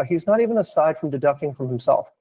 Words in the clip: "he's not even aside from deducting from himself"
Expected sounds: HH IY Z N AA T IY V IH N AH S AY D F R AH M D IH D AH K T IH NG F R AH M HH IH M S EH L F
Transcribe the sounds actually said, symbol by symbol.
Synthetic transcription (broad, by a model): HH IY Z N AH T IY V IH N AH S AY D F R AH M D IH D AH K T IH NG F R AH M HH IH M S EH L F